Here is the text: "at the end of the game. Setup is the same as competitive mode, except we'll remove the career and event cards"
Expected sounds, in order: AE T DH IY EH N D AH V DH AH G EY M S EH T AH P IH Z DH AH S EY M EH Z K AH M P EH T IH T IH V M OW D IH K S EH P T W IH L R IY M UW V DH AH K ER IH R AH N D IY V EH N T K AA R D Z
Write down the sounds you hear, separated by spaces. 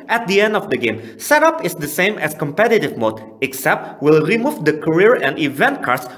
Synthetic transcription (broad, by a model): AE T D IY EH N D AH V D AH G EY M S EH T AH P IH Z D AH S EY M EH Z K AH M P EH T IH T IH V M OW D IH K S EH P T W IH L R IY M UW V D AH K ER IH R AH N D IY V EH N T K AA R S